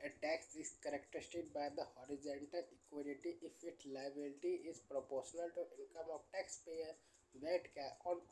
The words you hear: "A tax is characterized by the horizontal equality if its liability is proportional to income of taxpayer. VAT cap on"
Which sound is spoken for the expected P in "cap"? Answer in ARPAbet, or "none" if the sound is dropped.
none